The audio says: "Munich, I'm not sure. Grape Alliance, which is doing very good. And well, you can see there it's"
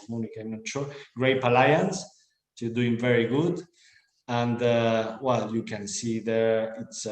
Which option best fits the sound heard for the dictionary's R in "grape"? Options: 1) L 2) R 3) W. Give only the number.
2